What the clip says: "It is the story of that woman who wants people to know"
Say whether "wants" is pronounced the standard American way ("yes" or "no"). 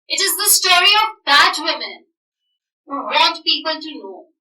no